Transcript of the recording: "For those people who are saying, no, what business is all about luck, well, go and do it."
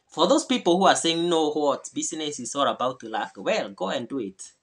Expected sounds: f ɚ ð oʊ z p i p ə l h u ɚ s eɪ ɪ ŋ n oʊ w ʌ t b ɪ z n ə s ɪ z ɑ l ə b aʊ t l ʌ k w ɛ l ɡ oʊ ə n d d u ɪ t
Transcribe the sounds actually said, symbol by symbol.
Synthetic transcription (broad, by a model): f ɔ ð oʊ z p i p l h u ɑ s eɪ ɪ ŋ n oʊ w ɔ t b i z n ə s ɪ s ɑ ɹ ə b aʊ t l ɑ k w ɛ l ɡ oʊ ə n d d u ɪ t